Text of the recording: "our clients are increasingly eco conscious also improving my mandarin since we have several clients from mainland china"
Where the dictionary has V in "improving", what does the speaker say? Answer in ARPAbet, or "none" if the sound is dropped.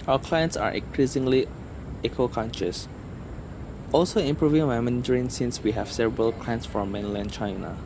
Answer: V